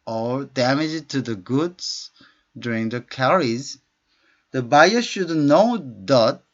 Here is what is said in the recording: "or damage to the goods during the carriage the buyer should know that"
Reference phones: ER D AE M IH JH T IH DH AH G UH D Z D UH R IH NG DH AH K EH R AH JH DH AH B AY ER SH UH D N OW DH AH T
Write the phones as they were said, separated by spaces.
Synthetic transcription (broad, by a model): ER D AE M IH JH T IH DH AH G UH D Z D UH R IH NG DH AH K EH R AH Z DH AH B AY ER SH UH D N OW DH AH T